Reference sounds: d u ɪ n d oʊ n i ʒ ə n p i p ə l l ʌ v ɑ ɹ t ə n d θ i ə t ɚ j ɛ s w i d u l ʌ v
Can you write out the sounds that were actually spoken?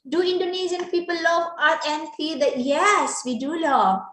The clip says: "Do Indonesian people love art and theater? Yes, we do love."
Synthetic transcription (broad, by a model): d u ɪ n d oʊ n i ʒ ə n p i p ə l l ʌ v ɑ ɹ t ə n d f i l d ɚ j ɛ s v i d u l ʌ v